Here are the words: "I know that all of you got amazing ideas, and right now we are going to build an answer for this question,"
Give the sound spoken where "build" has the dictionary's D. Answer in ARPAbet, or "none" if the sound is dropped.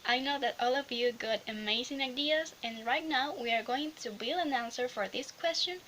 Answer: none